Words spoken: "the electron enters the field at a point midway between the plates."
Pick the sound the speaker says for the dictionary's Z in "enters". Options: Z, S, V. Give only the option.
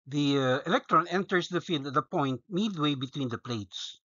S